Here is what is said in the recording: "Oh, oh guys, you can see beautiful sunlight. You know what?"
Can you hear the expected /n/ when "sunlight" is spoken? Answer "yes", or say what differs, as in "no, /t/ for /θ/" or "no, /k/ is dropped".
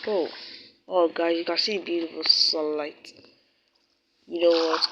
no, /n/ is dropped